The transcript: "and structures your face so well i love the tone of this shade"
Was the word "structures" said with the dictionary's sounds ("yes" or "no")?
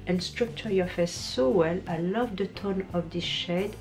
no